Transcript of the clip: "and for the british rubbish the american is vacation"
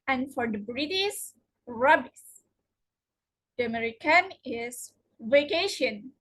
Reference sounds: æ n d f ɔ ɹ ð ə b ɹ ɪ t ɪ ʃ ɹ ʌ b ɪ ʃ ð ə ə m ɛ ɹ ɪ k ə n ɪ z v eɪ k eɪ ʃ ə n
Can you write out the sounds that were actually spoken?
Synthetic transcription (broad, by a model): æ n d f ɔ ɹ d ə b ɹ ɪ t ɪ s ɹ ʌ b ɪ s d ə ə m ɛ ɹ ɪ k ə n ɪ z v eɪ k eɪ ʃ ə n